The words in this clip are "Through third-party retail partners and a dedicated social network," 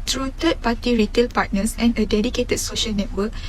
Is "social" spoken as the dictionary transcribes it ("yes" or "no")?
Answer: yes